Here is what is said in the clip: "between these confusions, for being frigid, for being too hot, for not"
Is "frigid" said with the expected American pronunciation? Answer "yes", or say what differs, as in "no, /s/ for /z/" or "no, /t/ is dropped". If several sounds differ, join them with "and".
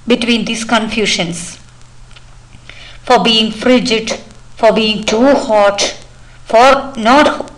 yes